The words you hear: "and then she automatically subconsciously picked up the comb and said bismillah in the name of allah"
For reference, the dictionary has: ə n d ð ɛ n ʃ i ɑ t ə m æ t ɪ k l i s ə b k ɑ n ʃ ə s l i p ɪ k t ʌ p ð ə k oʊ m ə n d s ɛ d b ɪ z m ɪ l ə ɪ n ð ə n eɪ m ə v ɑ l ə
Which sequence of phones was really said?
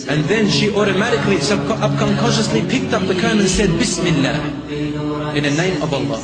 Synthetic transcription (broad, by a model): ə n ð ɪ n ʃ i ɑ t ə m æ t ɪ k l i s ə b k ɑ n ʃ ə s l i p ɪ k t ʌ p ð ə k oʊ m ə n s ɛ d b ɪ s m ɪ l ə ɪ n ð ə n eɪ m ə v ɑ l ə